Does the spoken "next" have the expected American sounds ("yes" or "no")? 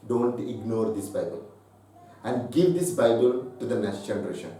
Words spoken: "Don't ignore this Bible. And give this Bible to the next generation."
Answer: no